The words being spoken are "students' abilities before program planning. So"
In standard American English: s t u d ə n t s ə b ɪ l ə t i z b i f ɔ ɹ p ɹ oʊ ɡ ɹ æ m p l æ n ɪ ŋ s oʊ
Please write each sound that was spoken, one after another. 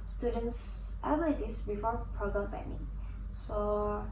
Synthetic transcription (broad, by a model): s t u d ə n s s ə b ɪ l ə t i s b i f ɔ ɹ p ɹ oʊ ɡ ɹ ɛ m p ɛ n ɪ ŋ s oʊ